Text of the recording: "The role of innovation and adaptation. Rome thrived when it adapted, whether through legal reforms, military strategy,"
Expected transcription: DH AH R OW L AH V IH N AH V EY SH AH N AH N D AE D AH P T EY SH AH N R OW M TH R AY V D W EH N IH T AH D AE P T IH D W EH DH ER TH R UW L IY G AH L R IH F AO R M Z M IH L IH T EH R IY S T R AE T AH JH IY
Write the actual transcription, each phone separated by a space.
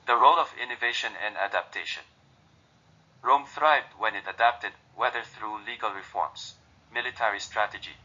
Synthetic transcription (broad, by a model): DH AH R OW L AH V IH N AH V EY SH AH N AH N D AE D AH P T EY SH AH N R OW M TH R AY V D W EH N IH T AH D AE P T IH D W EH DH ER TH R UW L IY G AH L R IH F AO R M Z M IH L IH T EH R IY S T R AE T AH JH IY